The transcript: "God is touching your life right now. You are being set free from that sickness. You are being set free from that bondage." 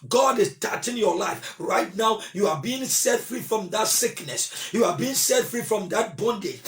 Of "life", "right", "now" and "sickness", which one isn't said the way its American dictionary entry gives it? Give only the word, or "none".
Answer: none